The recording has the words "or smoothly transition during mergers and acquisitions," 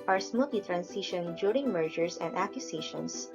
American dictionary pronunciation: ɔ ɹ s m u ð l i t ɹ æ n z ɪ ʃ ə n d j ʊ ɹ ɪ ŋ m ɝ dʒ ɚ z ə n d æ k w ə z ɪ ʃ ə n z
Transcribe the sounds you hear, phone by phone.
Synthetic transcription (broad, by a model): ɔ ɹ s m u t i t ɹ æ n s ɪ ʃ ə n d j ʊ ɹ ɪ ŋ m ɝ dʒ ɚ s ə n d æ k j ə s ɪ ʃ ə n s